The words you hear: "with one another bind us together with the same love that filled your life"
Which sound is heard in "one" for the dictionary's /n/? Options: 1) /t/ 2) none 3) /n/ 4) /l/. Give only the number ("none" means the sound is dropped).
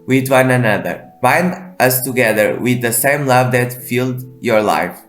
3